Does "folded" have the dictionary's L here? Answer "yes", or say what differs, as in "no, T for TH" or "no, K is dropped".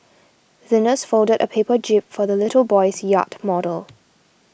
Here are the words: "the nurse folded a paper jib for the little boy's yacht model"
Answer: yes